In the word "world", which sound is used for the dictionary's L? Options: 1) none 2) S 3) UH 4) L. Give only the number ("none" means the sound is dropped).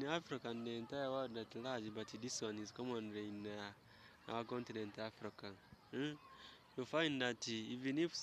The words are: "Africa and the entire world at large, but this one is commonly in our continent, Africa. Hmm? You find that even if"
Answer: 1